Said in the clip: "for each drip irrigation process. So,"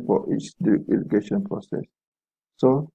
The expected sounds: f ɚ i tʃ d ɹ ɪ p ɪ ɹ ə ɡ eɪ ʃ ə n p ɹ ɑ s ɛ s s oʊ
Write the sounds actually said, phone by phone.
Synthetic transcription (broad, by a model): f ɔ i tʃ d ɪ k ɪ l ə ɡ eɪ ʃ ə n p ɹ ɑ s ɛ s s oʊ